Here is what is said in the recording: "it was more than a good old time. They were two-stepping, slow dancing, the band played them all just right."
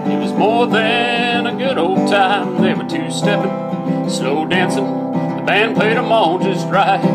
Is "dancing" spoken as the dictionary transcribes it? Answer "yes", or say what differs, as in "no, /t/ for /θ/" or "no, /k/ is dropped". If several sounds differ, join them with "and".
yes